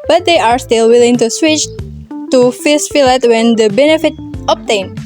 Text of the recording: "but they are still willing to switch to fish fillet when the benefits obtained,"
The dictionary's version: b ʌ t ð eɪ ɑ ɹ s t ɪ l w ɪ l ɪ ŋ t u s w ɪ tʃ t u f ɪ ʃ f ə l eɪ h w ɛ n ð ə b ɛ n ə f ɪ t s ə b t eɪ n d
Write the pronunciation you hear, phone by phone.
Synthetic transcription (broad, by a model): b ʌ t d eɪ ɑ ɹ s t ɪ l w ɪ l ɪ ŋ t u s w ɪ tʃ t u f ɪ s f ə l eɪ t w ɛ n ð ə b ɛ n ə f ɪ t ə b t eɪ n